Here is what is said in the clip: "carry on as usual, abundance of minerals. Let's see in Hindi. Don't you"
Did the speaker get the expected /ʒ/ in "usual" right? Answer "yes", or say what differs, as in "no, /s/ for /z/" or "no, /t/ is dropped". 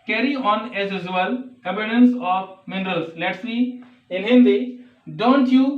no, /z/ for /ʒ/